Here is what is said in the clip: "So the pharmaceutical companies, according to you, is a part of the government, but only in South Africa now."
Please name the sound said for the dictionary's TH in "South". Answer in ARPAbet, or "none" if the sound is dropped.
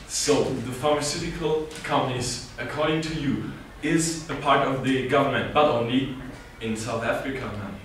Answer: TH